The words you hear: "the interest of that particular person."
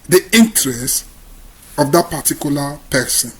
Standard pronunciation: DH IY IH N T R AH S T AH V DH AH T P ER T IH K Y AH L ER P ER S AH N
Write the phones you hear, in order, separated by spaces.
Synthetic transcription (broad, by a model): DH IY IH N T R AH S T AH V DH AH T P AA T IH K Y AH L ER P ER S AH N